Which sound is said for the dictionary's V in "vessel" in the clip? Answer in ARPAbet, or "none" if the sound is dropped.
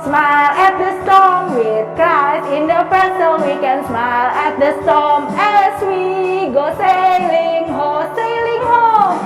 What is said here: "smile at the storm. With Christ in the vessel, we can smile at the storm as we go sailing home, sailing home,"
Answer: P